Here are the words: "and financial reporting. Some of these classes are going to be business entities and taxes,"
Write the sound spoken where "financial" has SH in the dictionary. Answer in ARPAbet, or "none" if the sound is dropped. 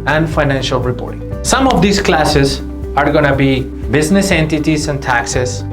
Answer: SH